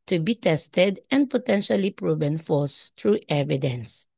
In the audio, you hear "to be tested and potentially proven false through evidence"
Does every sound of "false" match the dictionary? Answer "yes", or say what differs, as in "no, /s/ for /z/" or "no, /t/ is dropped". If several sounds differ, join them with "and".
no, /l/ is dropped